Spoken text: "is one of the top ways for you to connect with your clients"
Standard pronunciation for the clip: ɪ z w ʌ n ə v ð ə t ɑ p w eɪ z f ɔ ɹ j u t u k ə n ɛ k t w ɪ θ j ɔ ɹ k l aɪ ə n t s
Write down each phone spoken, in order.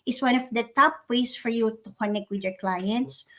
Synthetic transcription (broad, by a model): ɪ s w ʌ n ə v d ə t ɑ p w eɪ s f ɔ ɹ j u t u k ə n ɛ k t w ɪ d j ɔ ɹ k l aɪ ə n t s